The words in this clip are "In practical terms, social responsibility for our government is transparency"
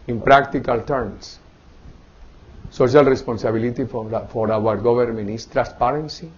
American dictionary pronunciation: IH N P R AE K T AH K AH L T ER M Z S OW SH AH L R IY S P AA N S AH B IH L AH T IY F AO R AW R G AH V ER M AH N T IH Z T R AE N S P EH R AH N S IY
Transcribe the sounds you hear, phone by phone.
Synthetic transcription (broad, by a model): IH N P R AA K T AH K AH L T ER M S S OW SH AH L R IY S P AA N S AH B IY L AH T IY F AO R AW R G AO B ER M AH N IH S T R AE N S P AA R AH N S IY